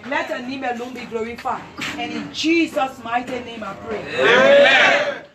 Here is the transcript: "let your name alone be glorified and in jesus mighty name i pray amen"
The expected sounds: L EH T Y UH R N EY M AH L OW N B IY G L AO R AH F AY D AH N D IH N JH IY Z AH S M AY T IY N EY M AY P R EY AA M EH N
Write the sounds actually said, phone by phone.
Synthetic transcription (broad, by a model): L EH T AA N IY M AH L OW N B IY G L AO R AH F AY AH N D IH N JH IY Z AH S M AY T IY N EY M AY P R EY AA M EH